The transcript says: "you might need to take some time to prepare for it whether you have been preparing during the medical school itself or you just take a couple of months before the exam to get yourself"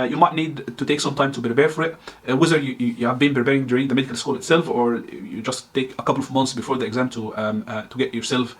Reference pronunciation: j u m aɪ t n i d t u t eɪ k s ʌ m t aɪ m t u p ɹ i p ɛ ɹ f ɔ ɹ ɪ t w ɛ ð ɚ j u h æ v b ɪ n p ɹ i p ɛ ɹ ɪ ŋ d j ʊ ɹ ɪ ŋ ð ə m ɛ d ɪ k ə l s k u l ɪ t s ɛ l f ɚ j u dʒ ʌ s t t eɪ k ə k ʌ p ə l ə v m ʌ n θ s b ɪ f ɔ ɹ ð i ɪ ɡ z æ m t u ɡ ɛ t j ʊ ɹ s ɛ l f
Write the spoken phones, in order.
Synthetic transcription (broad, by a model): j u m aɪ t n i d t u t eɪ k s ʌ m t aɪ m t u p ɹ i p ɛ ɹ f ɔ ɹ ɪ t w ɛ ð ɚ j u h æ v b ɪ n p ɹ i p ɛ ɹ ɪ ŋ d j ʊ ɹ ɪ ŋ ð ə m ɛ d ɪ k ə l s k u l ɪ t s ɛ l f ɚ j u dʒ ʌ s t t eɪ k ə k ʌ p ə l ə v m ʌ n θ s b ɪ f ɔ ɹ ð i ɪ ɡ z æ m t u ɡ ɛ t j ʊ ɹ s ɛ l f